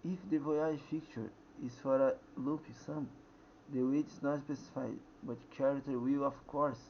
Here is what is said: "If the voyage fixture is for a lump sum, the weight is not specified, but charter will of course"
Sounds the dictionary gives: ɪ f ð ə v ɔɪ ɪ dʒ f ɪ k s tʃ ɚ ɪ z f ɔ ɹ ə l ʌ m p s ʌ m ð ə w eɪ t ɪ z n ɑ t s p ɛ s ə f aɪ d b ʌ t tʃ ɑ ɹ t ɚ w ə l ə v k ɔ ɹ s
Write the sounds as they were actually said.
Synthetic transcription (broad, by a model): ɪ f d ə v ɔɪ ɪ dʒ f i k tʃ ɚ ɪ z f ɔ ɹ ə l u p s ʌ m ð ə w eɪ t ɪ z n ɑ t s p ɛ s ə f aɪ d b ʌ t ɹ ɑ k t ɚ w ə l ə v k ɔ ɹ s